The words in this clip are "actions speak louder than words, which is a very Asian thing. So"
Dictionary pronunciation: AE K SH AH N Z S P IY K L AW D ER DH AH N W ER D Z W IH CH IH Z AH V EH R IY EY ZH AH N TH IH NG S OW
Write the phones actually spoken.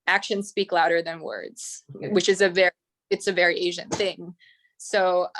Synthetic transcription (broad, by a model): AE K SH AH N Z S P IY K L AW D ER DH AH N W ER D Z W IH CH IH Z AH V EH R IY EY ZH AH N TH IH NG S OW